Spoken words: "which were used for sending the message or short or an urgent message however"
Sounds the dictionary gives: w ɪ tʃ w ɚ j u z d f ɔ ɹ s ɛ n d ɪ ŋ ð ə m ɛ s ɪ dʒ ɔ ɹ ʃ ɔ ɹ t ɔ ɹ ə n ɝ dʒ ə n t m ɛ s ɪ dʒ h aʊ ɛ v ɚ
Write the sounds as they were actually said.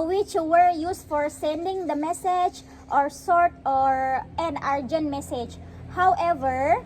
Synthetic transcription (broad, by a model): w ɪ tʃ w ɚ j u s f ɔ ɹ s ɛ n d ɪ ŋ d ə m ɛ s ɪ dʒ ɔ ɹ s ɔ ɹ t ɔ ɹ ə n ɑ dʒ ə n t m ɛ s ɪ dʒ h aʊ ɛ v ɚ